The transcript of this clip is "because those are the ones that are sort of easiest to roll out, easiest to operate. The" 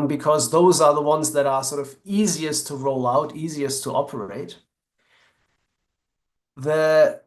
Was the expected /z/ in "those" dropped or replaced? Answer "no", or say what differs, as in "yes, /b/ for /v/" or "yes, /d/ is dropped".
no